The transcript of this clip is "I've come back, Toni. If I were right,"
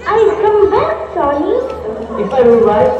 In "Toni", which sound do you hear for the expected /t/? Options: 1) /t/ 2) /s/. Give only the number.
2